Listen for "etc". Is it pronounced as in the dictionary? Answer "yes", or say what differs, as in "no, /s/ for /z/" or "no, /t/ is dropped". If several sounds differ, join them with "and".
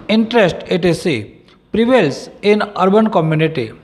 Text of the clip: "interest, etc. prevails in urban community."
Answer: no, /s/ is dropped